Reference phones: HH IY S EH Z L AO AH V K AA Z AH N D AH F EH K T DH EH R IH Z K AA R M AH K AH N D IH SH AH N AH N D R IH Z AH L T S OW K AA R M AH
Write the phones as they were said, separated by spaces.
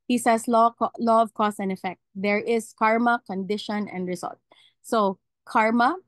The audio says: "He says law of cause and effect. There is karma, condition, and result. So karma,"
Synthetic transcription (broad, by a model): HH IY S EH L L AO AH V K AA S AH N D AH F EH K T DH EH R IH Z K AA R M AH K AH N D IH SH AH N AH N D R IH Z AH L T S OW K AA R M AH